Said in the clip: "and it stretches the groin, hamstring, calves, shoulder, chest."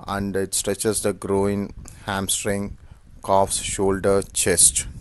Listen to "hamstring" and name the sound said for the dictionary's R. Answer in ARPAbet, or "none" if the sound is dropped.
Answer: R